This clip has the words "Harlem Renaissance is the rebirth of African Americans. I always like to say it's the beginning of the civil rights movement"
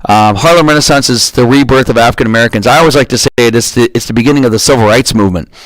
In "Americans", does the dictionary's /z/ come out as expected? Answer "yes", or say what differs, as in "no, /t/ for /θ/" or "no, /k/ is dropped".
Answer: yes